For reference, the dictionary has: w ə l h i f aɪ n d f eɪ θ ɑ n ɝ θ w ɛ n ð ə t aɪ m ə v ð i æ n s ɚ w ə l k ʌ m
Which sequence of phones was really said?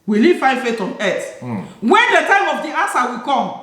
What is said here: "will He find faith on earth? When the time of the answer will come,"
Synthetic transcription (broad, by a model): w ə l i f aɪ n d f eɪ t ɑ n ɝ t w ɛ n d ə t aɪ m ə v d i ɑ s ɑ w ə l k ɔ m